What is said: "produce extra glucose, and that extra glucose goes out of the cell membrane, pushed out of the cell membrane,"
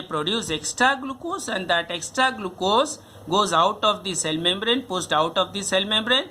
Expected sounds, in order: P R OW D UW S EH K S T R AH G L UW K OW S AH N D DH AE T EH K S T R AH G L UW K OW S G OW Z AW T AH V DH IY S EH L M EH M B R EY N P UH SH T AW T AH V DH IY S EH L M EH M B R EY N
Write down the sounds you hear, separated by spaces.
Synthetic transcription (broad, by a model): P R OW D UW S EH K S T R AH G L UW K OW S AH N D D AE T EH K S T R AH G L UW K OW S G OW Z AW T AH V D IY S EH L M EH M B R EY N P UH S T AW T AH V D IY S EH L M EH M B R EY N